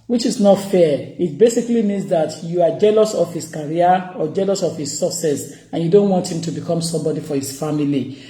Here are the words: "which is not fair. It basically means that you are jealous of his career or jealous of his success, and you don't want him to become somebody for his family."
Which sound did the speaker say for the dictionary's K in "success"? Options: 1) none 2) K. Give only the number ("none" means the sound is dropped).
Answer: 1